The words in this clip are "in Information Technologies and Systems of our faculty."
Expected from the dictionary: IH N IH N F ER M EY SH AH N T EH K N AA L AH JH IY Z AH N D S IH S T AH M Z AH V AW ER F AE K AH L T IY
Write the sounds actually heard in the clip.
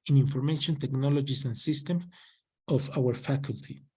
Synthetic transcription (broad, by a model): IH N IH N F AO M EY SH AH N T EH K N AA L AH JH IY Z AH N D S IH S T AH M AH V AW ER F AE K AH L T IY